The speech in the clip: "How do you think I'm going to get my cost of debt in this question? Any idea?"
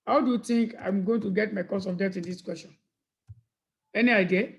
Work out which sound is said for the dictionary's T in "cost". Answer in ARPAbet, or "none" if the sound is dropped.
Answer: none